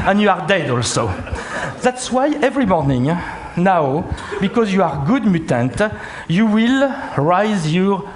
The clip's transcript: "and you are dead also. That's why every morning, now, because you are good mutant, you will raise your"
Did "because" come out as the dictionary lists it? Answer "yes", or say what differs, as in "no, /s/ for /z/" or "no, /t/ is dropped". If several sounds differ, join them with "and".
yes